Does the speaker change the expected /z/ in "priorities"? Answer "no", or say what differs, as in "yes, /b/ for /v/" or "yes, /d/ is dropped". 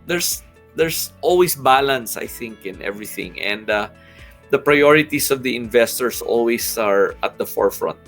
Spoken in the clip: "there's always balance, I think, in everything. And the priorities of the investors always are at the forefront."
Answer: yes, /s/ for /z/